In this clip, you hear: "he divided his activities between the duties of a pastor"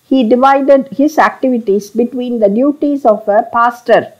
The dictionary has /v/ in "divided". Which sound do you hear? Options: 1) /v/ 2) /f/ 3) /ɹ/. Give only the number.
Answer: 1